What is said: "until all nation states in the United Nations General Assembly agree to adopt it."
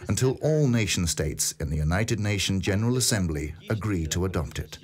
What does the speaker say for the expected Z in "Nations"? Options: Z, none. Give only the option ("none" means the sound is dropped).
none